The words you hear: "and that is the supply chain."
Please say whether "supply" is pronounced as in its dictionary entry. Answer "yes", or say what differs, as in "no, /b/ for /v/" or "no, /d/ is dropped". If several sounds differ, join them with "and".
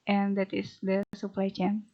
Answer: yes